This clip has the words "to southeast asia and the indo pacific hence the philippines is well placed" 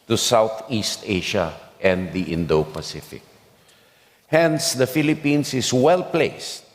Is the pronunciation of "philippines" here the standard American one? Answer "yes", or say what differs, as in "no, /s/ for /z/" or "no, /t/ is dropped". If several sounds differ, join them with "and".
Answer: no, /s/ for /z/